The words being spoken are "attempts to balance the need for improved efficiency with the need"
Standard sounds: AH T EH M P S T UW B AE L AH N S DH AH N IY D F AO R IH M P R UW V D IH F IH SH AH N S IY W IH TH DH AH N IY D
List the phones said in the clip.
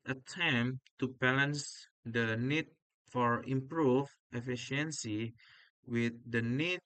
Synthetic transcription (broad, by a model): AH T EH M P T UW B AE L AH N S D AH N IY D F AO R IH M P R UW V IH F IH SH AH N S IY W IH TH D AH N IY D